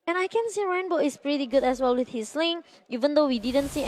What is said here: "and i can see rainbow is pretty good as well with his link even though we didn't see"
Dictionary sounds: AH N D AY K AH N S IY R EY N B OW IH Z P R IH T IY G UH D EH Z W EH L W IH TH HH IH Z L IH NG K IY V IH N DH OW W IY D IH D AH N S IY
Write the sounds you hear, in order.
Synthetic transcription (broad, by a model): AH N AY K AH N S IY R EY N B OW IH S P R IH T IY G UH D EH S W EH L W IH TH HH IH S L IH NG IY V IH N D OW W IY D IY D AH N S IY